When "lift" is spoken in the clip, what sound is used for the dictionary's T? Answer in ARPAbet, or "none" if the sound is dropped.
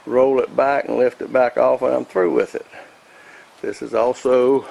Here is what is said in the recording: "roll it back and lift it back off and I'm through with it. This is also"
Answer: T